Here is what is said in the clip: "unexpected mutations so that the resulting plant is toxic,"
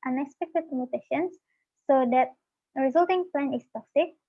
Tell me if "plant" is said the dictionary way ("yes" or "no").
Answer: no